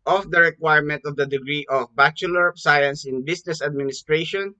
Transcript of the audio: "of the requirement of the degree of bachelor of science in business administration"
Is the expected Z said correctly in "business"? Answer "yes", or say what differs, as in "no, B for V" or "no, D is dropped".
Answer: no, S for Z